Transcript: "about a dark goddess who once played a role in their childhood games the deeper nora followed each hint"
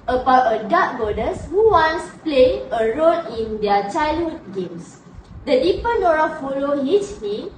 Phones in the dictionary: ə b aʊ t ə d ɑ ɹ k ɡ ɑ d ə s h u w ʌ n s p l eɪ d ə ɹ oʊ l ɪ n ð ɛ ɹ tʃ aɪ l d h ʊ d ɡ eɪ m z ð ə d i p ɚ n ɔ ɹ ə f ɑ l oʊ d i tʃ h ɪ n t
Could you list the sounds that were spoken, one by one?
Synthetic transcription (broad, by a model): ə b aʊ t ə d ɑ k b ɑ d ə s h u w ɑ n s p l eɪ ə ɹ oʊ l ɪ n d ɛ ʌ tʃ aɪ l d h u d ɡ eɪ m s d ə d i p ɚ n ɔ ɹ ə f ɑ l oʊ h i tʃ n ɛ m